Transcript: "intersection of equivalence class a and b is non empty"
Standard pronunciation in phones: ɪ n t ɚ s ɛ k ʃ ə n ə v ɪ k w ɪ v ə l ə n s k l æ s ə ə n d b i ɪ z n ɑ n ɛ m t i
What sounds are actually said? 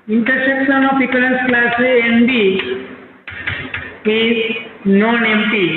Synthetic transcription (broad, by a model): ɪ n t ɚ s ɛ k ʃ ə n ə p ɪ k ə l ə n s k l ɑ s ə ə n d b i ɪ n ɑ n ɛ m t i